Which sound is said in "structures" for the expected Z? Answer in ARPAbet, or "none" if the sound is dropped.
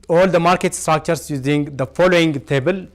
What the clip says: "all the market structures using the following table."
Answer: S